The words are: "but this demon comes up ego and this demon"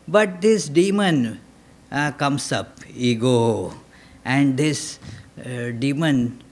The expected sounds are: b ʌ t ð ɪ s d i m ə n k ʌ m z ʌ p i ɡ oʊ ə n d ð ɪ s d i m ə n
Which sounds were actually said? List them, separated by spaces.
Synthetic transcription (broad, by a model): b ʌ t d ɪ s d i m ə n k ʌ m s ʌ p i ɡ oʊ ə n d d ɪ s d i m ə n